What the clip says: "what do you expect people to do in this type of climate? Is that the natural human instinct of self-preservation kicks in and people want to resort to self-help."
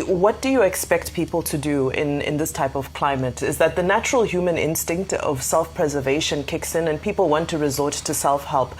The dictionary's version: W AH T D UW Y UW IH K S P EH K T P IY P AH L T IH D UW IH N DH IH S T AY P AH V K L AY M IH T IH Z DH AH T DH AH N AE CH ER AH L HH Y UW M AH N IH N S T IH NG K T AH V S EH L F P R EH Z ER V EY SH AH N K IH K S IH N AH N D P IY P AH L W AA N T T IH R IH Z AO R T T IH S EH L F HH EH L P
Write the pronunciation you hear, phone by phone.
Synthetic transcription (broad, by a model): W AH T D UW Y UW IH K S P EH K T P IY P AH L T IH D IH IH N DH IH S T AY P AH V K L AY M IH T IH Z DH AH T DH AH N AE CH ER AH L HH Y UW M AH N IH N S T IH NG K T AH V S EH L F P R EH Z ER V EY SH AH N K IH K S IH N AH N P IY P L W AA N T T IH R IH Z AO R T T IH S EH L F HH EH L P